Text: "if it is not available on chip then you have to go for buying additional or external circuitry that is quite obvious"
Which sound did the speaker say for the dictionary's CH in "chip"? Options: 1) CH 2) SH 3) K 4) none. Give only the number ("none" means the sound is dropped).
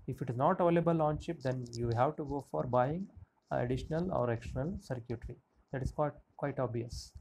2